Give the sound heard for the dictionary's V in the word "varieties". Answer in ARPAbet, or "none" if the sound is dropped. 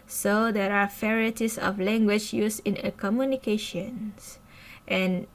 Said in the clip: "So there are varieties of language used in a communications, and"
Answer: F